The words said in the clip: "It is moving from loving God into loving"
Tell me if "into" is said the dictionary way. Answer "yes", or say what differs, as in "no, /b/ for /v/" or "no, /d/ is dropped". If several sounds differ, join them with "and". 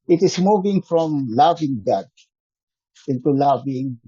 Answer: yes